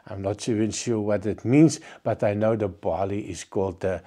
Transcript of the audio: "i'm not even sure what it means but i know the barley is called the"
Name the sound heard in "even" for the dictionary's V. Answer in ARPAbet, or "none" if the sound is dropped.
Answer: none